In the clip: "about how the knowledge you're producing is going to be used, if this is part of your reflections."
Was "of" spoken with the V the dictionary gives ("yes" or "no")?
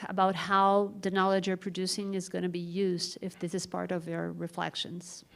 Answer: yes